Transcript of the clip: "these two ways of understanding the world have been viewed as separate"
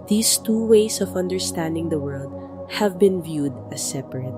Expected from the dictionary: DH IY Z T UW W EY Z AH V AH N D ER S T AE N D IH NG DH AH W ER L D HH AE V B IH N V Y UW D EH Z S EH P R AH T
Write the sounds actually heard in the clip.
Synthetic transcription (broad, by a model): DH IY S T UW W EY S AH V AH N D ER S T AE N D IH NG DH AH W ER L D HH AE V B IH N V Y UW D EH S EH P R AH T